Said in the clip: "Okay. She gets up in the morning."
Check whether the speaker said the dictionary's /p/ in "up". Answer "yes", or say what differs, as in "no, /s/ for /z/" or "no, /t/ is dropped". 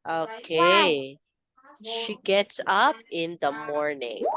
yes